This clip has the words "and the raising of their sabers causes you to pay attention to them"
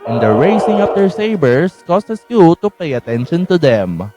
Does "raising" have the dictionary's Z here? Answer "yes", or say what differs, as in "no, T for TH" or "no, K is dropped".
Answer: no, S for Z